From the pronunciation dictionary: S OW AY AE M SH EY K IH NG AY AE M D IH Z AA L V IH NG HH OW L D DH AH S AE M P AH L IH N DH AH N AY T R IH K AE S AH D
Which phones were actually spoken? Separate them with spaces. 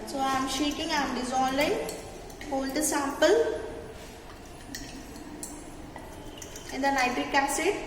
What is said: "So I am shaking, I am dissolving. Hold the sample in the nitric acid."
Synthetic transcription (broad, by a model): S OW AY M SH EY K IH NG AY M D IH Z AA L IH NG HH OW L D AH S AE M P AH L IH N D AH N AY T IH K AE S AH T